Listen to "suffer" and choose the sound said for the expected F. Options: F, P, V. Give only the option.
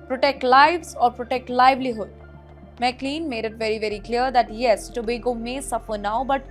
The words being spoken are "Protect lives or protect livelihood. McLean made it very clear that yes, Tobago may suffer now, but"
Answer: F